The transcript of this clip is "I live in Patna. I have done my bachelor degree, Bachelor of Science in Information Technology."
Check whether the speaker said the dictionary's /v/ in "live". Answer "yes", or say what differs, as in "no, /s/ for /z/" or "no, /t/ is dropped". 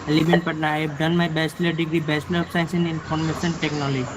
no, /b/ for /v/